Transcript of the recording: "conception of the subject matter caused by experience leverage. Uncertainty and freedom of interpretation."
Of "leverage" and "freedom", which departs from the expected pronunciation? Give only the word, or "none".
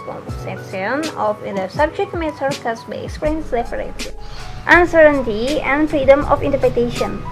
leverage